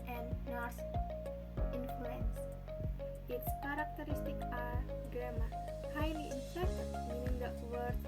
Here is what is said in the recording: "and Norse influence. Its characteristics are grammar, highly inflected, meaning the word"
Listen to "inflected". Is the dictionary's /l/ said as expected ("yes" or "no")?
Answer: no